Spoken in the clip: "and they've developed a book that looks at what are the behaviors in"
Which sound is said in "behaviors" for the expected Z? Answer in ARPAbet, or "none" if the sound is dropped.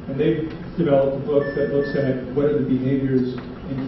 Z